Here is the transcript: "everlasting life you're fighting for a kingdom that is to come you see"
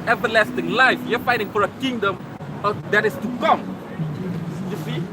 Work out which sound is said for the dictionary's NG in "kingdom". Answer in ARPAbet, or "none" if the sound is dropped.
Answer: NG